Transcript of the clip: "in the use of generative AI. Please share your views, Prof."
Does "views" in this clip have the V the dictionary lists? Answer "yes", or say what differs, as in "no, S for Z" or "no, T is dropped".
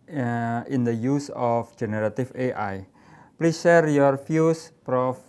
no, F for V